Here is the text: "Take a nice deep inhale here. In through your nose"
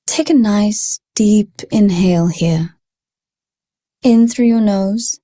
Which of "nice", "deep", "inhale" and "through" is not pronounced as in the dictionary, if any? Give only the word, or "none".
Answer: none